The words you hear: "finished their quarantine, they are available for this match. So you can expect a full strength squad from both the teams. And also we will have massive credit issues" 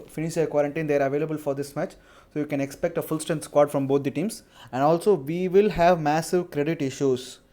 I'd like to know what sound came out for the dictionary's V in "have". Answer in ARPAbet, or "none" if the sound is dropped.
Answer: V